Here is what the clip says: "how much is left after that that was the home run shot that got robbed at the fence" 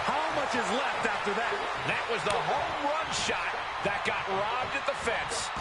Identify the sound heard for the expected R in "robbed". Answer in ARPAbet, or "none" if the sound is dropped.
R